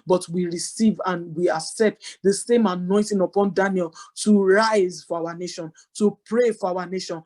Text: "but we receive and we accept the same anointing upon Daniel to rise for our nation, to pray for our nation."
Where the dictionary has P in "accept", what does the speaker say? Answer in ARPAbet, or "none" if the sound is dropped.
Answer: P